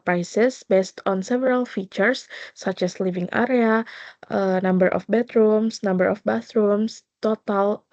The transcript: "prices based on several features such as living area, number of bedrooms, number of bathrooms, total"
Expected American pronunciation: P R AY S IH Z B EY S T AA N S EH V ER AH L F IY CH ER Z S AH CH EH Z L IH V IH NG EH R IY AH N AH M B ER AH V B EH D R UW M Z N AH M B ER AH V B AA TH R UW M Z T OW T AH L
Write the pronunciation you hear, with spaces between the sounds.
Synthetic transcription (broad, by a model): P R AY S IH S B EY S T AA N S EH V ER AH L F IY CH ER S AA CH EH S L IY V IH NG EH R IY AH N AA M B ER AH F B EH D R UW M S N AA M B ER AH F B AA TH R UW M S T OW T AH L